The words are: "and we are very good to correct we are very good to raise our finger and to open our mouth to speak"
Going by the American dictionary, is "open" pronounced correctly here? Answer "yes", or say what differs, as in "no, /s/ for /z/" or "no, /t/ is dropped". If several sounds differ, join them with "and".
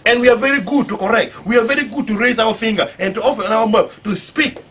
no, /f/ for /p/